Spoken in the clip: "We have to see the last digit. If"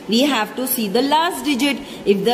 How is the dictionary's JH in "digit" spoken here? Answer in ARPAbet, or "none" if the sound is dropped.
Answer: JH